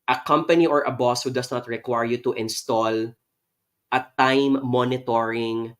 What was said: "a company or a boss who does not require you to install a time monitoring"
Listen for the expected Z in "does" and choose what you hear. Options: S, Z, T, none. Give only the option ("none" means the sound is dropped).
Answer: S